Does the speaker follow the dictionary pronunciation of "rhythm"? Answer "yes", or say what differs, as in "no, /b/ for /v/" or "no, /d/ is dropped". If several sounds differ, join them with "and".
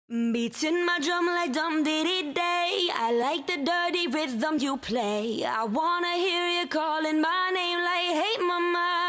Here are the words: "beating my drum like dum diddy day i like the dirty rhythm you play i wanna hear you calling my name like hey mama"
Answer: no, /w/ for /ɹ/